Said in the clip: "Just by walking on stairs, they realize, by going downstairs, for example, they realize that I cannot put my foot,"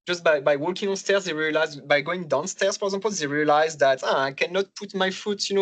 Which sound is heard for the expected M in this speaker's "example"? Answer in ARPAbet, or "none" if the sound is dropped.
none